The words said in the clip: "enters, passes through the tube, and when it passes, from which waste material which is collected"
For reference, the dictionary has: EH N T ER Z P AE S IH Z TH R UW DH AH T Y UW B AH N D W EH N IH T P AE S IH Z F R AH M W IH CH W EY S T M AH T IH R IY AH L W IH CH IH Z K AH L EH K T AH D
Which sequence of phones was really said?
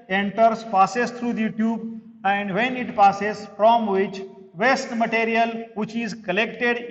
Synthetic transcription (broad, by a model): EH N T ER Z P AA S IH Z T R UW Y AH T Y UW B AH N D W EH N IH T P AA S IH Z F R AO M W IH CH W EY S T M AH T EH R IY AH L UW CH IH Z K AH L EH K T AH D